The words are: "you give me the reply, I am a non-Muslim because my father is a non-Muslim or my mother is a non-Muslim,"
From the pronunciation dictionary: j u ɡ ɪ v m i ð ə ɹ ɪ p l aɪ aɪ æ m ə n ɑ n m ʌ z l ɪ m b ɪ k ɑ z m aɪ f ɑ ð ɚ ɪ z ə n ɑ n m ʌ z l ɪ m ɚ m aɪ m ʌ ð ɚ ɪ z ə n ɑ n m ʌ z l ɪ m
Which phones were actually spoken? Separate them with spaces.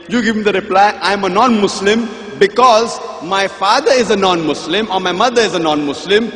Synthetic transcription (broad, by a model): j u ɡ ɪ v m i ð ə ɹ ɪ p l aɪ aɪ m ə n ɑ n m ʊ s l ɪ m b ɪ k ɑ z m aɪ f ɑ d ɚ ɪ z ə n ɑ n m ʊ s l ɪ m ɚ m aɪ m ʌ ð ɚ ɪ z ə n ɑ n m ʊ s l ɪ m